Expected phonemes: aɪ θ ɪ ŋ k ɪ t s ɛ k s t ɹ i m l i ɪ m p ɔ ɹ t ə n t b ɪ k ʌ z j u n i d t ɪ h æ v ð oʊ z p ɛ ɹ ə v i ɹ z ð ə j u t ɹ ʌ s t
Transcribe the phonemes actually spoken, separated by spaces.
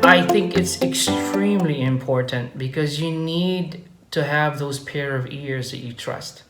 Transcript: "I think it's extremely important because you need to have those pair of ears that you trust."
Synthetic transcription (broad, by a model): aɪ θ ɪ ŋ k ɪ t s ɛ k s t ɹ i m l i ɪ m p ɔ ɹ t ə n t b ɪ k ʌ z j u n i d t ɪ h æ v ð oʊ z p ɛ ɹ ə v i ɹ z ð ə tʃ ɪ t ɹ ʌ s t